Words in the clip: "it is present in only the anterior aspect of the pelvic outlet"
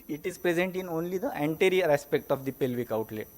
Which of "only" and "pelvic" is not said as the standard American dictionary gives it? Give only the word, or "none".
none